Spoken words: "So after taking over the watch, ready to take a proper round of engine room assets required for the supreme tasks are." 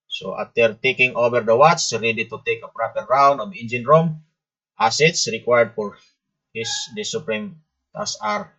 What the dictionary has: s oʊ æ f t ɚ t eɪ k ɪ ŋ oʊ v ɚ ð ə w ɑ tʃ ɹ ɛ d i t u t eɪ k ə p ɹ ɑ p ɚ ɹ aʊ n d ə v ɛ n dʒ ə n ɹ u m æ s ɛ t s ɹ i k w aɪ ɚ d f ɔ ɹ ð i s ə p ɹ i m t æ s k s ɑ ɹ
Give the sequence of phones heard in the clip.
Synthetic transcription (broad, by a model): s oʊ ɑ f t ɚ t eɪ k ɪ ŋ oʊ v ɚ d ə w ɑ s ɹ ɛ d i t u t eɪ k ə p ɹ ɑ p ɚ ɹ aʊ n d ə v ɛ n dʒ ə n ɹ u m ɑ s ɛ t s ɹ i k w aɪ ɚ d f ɔ ɹ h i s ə p ɹ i m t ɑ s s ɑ ɹ